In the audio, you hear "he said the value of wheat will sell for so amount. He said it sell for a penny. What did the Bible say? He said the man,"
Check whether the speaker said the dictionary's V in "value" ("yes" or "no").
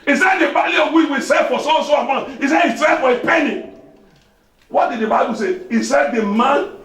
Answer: no